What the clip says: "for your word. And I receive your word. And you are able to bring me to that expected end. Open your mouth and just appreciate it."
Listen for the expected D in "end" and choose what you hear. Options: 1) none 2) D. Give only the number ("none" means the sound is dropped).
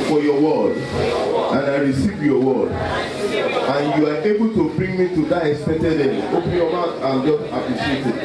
1